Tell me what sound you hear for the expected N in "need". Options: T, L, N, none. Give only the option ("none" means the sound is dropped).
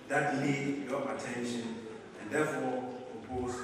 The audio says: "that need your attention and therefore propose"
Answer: L